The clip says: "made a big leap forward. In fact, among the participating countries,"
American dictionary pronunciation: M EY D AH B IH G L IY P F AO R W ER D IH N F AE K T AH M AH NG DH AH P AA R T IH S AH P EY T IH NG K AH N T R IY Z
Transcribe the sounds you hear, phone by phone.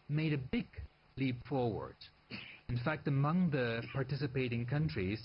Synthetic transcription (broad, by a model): M EY D AH B IH G L IY P F AO R W ER D IH N F AE K T AH M AH NG DH AH P AA R T IH S AH P EY T IH NG K AH N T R IY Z